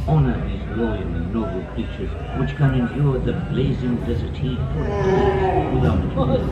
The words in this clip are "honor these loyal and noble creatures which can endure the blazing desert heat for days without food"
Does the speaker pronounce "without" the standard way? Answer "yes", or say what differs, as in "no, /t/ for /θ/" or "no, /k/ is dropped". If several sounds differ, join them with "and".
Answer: no, /t/ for /θ/